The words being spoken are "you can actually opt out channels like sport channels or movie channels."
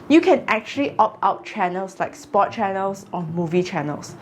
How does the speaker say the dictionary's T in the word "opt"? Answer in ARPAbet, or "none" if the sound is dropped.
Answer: none